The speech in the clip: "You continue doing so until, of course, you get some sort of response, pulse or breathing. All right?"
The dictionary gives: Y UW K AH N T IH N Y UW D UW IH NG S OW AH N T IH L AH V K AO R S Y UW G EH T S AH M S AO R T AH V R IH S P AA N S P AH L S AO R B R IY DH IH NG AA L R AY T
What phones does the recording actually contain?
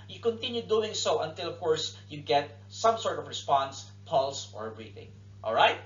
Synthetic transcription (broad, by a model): Y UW K AH N T IH N Y UW D UW IH NG S OW AH N T IH L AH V K AO R S Y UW G EH T S AH M S AO R T AH V R IH S P AA N S P AH L S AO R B R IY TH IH NG AA L R AY T